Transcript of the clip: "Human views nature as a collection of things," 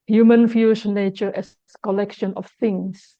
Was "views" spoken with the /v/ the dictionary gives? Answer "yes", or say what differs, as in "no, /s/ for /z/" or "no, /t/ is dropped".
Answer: no, /f/ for /v/